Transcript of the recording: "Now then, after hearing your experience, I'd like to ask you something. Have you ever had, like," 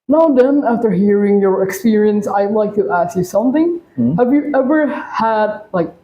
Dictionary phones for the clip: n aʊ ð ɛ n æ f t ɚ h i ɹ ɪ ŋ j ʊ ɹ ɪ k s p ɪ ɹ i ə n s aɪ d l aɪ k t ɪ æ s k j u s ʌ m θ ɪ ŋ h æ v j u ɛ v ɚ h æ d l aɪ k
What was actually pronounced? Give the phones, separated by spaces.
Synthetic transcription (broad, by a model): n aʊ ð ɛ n æ f t ɚ h i ɹ ɪ ŋ j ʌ ɹ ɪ k s p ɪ ɹ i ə n s aɪ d l aɪ k t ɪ æ s k j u s ʌ m θ ɪ ŋ h æ v j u ɛ v ɚ h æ d l aɪ k